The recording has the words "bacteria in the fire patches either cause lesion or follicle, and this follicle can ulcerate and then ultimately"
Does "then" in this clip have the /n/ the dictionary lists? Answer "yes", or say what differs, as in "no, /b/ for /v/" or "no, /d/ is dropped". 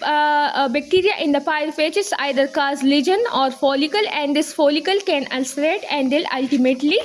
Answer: no, /l/ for /n/